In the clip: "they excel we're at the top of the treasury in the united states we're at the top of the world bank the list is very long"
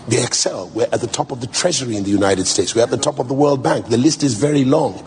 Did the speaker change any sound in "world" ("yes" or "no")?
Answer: no